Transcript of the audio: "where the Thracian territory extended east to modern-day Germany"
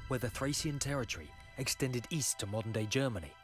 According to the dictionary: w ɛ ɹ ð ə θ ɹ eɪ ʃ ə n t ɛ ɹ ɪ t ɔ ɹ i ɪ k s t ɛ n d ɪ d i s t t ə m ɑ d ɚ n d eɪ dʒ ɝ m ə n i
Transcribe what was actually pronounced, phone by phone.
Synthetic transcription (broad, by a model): w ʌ ð ə θ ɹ eɪ s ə n t ɛ ɹ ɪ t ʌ ɹ i ɪ k s t ɛ n d ɪ d i s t t ə m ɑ d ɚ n d eɪ dʒ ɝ m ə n i